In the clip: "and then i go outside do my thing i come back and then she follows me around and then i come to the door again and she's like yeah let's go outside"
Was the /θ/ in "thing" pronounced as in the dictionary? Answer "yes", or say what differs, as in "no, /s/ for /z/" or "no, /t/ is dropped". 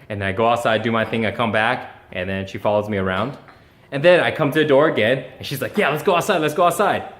yes